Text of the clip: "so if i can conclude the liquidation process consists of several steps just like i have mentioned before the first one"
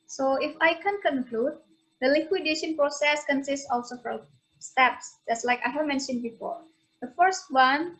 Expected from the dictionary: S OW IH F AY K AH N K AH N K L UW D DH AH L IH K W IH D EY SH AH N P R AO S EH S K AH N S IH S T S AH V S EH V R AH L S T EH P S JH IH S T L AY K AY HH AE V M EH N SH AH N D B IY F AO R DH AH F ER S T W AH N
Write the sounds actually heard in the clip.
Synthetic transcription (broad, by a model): S OW IH F AY K AH N K AH N K L UW D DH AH L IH K W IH D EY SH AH N P R AO S EH S K AH N S IH S T S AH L S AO F R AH S T EH P S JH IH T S L AY K AY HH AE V M EH N SH AH N D B IY F AO R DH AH F ER S T W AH N